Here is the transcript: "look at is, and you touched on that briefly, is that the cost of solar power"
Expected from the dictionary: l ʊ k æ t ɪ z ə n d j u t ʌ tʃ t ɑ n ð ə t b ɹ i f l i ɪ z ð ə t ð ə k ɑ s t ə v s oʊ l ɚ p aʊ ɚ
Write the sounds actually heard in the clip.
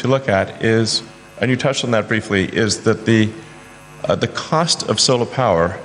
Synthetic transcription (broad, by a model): l ʊ k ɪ t ɪ z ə n j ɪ t ʌ tʃ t n ð ə t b ɹ i f l i ɪ z ð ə t ð ə k ɑ s t ə v s oʊ l ɚ p aʊ ɚ